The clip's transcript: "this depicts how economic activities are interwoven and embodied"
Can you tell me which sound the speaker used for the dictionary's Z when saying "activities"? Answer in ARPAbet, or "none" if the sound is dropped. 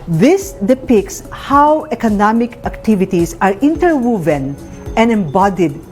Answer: S